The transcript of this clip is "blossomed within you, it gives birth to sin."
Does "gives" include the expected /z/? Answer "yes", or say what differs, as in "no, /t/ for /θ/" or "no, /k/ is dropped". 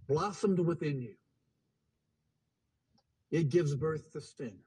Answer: yes